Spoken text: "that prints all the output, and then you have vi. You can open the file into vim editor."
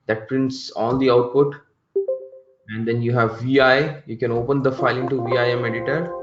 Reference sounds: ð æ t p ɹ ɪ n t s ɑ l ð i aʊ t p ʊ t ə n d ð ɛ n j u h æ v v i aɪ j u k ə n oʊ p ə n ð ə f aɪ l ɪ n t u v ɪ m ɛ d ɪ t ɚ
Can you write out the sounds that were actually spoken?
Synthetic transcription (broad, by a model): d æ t p ɹ ɪ n t s ɑ l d i aʊ t p ʊ t ə n d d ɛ n j u h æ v v i aɪ j u k ə n oʊ p ə n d ə f aɪ l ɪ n t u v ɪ m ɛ d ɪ t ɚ